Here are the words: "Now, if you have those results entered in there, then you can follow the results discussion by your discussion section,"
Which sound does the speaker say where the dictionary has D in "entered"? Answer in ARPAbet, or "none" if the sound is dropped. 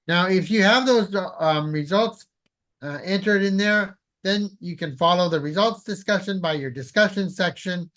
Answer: D